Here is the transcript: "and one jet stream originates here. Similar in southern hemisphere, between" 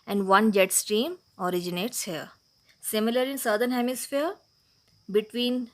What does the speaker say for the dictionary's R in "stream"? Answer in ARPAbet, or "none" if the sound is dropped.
R